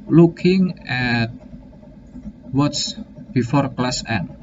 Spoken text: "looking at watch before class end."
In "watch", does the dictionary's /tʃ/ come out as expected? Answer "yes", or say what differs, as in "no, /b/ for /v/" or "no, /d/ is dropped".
no, /s/ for /tʃ/